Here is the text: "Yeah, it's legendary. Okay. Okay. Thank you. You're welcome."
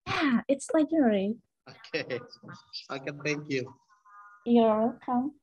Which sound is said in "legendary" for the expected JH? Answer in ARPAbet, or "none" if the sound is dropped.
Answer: none